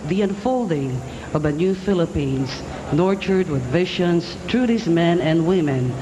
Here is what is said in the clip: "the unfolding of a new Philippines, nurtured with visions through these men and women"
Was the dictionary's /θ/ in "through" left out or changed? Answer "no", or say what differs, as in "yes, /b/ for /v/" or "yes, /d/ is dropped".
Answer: yes, /t/ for /θ/